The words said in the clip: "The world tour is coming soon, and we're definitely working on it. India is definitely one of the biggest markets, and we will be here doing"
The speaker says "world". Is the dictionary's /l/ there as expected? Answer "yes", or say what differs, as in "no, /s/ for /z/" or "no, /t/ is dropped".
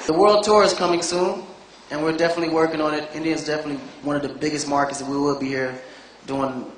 yes